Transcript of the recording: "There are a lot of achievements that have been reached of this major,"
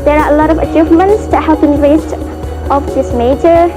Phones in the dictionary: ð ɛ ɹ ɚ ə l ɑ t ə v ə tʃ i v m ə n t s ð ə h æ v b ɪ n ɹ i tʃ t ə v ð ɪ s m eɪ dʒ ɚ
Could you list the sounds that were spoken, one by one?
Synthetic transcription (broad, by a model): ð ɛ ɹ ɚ ə l ɑ t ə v ə tʃ i v m ə n t s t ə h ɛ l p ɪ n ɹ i s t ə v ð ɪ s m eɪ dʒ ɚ